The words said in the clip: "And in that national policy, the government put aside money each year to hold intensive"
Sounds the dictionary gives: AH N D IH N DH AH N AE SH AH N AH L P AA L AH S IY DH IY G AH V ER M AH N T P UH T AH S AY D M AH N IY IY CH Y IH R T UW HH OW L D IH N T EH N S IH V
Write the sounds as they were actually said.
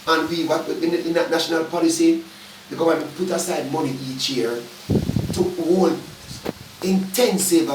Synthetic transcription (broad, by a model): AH N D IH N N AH N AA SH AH N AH L P AA L AH S IY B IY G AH AA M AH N P UH T AH S AY D M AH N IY IY CH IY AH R T UW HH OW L IH N T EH N S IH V